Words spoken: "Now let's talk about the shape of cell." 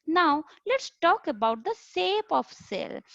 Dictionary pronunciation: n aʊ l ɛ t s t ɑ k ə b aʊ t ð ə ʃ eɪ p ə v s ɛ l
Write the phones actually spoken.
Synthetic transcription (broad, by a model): n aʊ l ɛ t s t ɑ k ə b aʊ t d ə s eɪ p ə f s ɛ l